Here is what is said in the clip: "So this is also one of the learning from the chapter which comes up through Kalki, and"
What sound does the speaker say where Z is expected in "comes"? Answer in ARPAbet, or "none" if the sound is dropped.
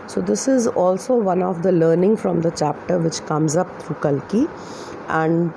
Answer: Z